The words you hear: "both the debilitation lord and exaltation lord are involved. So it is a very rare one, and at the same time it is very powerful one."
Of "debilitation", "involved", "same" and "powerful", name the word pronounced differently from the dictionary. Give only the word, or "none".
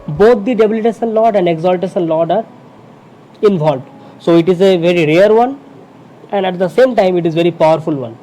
debilitation